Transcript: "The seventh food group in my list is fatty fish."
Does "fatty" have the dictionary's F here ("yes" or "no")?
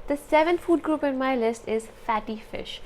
yes